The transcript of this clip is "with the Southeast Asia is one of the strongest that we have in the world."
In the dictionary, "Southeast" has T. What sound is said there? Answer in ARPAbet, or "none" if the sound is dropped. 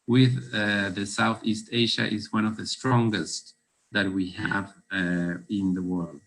T